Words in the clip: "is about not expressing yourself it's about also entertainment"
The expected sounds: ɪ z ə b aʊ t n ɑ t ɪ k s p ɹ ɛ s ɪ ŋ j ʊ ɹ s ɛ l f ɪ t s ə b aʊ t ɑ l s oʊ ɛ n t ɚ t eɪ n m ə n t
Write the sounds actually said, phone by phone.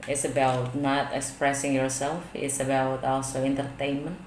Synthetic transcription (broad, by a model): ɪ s ə b aʊ t n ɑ t ɪ k s p ɹ ɛ s ɪ ŋ j ʊ ɹ s ɛ l f ɪ t s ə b aʊ t ɑ l s oʊ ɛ n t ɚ t eɪ n m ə n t